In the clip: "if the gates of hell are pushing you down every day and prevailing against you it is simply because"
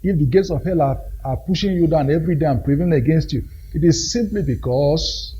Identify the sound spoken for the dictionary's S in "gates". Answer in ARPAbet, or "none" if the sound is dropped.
S